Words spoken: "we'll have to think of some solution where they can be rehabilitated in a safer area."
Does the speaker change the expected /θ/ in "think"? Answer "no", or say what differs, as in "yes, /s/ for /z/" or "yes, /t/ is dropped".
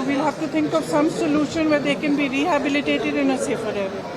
yes, /t/ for /θ/